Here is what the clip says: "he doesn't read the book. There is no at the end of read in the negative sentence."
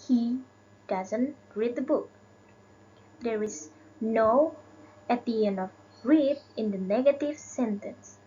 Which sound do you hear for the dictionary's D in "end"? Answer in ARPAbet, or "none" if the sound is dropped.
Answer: none